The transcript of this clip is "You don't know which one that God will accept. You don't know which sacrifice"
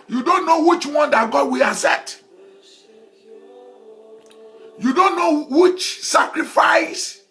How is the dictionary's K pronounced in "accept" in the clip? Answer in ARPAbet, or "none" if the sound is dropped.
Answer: none